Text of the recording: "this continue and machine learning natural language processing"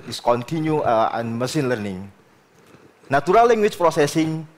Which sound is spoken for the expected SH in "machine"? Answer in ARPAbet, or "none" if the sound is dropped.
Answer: S